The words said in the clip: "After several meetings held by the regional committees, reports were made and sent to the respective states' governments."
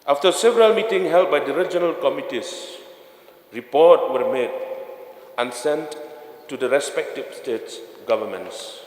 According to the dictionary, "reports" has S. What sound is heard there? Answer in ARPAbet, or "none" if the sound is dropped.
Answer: none